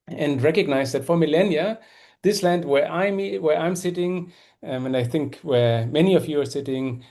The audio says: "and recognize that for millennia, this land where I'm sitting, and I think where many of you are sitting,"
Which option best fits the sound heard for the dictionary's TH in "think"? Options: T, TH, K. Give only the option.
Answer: TH